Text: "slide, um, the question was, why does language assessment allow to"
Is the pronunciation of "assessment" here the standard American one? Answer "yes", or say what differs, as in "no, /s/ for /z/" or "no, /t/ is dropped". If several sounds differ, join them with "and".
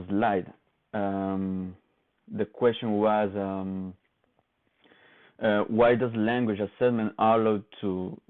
no, /t/ is dropped